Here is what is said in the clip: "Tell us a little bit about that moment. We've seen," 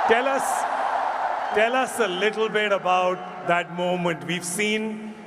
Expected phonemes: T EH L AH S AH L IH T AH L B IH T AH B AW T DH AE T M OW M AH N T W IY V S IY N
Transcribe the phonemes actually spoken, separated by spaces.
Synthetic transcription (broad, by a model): T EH L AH S AH L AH S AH L B IH T AH B AW T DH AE T M OW M AH N T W IY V S IY N